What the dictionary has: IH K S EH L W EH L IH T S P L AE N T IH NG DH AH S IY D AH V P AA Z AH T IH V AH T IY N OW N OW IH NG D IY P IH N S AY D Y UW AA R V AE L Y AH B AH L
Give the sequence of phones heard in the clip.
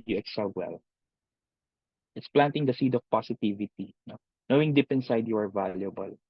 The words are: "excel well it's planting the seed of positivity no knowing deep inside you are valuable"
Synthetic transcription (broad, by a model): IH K S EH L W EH L IH T S P L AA N T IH NG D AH S IY D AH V P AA S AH T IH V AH T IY N OW N OW IH NG D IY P IH N S AY D Y UW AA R V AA L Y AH B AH L